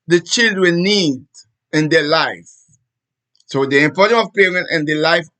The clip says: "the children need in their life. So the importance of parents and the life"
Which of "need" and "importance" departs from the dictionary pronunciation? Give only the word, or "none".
importance